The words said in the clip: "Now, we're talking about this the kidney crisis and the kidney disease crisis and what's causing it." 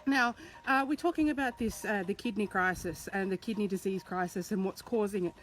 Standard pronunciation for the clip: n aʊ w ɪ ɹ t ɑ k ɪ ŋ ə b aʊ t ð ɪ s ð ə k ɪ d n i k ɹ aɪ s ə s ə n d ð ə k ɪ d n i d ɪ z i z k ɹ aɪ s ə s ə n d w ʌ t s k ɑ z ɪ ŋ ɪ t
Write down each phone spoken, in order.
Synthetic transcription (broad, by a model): n aʊ w ɪ ɹ t ɑ k ɪ ŋ ə b aʊ t ð ɪ s ð ə k ɪ d n i k ɹ aɪ s ə s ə n ð ə k ɪ d n i d ɪ z i z k ɹ aɪ s ə s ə n w ʌ t s k ɑ z ɪ ŋ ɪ t